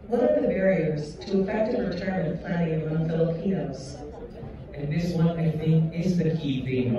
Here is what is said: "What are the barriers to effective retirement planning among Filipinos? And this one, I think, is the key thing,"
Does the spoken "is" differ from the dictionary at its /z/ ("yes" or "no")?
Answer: no